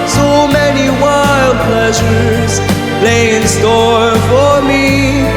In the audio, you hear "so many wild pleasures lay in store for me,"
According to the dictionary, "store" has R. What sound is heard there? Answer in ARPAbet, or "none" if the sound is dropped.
R